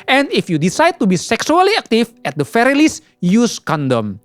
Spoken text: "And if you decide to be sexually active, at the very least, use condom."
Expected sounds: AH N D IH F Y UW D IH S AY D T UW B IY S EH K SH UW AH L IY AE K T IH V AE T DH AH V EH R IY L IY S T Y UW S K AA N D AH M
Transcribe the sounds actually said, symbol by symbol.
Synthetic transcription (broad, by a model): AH N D IH F Y UW D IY S AY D T UW B IY S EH K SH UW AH L IY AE K T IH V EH T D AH F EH R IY L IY S Y UW S K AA N D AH M